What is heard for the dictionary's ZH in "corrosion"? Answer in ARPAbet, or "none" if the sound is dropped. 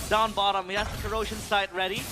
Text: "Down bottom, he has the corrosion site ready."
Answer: SH